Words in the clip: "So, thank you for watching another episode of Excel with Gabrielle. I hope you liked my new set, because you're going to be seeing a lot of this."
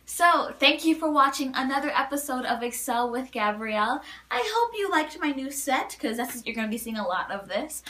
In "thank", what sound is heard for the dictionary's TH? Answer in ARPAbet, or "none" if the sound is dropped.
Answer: TH